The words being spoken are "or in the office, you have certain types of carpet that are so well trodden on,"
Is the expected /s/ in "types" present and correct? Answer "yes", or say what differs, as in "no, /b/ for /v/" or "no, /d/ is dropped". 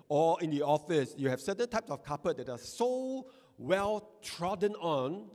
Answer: yes